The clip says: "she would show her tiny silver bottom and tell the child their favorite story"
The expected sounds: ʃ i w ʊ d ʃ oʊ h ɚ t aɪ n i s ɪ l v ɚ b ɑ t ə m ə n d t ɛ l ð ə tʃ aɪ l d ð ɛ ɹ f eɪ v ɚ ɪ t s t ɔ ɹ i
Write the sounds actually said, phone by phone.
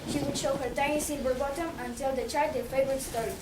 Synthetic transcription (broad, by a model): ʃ i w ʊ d ʃ oʊ h ɚ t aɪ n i s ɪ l b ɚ b ɑ t ə m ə n t ɛ l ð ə tʃ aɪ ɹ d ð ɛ f eɪ v ɚ ɪ t s t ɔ ɹ i